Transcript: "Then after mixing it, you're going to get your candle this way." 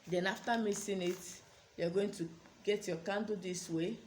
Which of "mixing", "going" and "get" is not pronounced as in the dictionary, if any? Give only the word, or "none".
mixing